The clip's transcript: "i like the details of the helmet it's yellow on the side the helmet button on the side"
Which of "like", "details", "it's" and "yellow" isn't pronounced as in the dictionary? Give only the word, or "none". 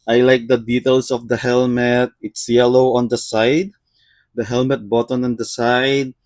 details